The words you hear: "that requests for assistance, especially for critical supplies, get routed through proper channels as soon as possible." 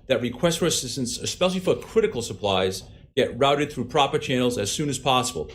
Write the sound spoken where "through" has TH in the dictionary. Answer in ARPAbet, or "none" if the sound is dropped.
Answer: TH